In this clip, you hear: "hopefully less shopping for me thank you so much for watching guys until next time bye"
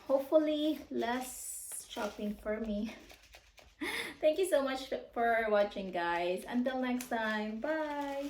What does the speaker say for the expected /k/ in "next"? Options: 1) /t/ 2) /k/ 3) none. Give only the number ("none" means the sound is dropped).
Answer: 2